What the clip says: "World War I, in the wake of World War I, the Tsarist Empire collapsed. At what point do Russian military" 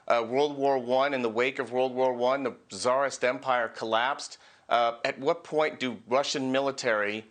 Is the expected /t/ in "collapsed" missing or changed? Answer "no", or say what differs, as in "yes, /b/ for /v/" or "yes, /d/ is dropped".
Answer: no